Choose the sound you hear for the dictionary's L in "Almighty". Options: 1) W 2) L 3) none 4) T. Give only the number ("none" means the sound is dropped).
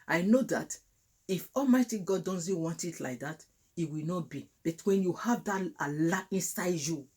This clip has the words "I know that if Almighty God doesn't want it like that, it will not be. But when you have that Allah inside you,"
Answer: 2